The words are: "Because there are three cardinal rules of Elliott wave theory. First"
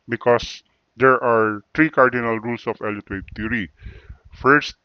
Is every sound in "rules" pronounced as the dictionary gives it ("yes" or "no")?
no